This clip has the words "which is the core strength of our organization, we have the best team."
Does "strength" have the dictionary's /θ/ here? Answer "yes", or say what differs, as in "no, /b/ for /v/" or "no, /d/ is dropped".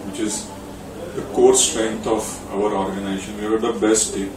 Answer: no, /t/ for /θ/